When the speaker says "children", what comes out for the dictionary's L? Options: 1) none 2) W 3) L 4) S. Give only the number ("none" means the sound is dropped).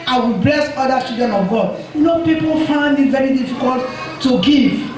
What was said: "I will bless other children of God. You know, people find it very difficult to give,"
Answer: 1